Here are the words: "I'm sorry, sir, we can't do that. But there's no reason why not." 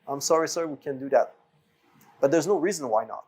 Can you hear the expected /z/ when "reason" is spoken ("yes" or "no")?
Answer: yes